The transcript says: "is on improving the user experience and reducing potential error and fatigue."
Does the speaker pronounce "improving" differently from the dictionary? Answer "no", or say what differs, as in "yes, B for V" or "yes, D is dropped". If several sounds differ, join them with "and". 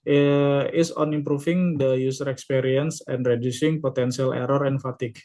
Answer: yes, F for V